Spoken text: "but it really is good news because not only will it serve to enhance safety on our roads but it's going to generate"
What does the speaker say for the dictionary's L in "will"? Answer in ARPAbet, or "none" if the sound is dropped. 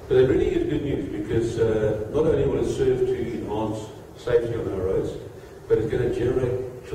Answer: N